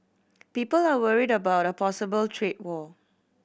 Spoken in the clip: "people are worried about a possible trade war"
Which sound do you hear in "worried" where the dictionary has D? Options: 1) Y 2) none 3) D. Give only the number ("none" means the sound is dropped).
3